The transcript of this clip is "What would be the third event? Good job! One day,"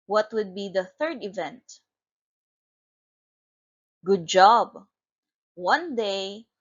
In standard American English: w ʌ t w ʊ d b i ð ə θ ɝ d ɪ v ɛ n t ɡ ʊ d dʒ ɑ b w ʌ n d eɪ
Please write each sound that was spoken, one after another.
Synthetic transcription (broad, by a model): w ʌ t w ʊ d b i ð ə θ ɝ d ɪ v ɛ n t ɡ ʊ d dʒ ɑ b w ʌ n d eɪ